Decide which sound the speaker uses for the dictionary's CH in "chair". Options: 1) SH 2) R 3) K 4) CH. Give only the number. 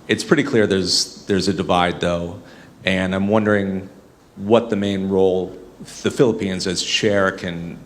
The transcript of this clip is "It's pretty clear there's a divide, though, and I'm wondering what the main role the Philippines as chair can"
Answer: 1